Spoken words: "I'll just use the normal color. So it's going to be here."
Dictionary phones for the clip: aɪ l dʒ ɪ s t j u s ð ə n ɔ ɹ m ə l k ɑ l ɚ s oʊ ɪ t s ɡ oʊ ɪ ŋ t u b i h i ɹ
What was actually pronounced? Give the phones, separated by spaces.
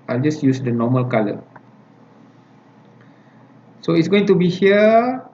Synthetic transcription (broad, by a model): aɪ l dʒ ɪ s j u s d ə n ɔ m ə l k ɑ l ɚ s oʊ ɪ t s ɡ oʊ ɪ ŋ t u b i h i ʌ